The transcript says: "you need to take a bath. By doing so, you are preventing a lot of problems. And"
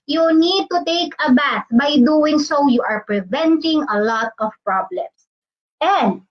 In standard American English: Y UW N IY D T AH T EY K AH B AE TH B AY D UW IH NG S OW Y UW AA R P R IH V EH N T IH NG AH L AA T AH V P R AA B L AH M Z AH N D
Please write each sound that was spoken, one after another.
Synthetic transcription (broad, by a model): Y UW N IY D T AH T EY K AH B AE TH B AY D UW IH NG S OW Y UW AA R P R IH V EH N T IH NG AH L AA T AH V P R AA B L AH M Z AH N D